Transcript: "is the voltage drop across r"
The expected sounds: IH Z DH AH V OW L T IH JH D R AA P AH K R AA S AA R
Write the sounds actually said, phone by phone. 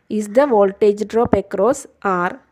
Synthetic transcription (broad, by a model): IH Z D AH V OW L T IH JH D R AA P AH K R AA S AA R